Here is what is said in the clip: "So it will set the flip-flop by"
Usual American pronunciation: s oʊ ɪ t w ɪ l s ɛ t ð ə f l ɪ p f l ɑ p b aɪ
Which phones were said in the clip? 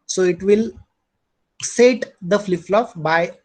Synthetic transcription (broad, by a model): s oʊ ɪ t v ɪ l s ɛ t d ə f l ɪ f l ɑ f b aɪ